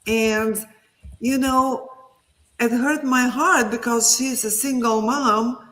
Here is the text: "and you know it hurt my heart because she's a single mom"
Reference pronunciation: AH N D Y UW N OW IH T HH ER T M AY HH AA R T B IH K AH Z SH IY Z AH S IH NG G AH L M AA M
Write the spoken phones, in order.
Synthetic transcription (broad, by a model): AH N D Y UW N OW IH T HH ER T M AY HH AA R T B IH K AH Z SH IY Z AH S IH NG G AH L M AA M